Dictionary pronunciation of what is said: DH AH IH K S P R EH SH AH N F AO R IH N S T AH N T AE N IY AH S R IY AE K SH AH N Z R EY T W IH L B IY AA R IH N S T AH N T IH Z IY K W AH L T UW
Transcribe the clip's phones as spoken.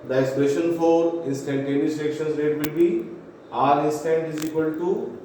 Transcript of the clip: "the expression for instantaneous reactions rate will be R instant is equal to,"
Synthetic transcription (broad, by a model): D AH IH S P EH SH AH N F AO R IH N S T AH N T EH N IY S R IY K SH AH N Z R EY T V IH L B IY AA R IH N S T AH N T IH Z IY K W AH L T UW